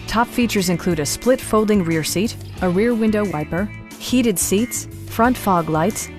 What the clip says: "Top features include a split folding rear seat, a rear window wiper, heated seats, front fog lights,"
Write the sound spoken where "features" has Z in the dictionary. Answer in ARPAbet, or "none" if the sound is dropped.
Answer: Z